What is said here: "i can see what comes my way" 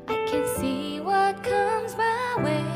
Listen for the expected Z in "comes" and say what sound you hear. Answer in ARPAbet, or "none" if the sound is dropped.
Z